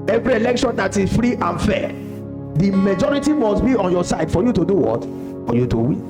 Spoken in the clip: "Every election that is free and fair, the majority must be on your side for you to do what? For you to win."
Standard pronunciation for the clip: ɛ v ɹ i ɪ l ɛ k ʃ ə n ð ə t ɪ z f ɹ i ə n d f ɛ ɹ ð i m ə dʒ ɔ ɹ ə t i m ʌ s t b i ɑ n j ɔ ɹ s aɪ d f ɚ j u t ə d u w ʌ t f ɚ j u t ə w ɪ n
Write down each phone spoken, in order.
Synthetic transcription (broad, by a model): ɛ v ɹ i ɪ l ɛ k ʃ ə n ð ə t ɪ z f ɹ i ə n f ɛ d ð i m ə dʒ ɔ ɹ ə t i m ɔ s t b i ɑ n j ɔ s aɪ d f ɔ j u t ə d u w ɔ t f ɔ j u t ə w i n